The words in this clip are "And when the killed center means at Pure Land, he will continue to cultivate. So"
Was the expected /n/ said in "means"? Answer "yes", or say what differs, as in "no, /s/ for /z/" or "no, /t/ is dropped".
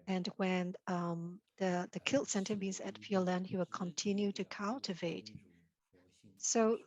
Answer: no, /n/ is dropped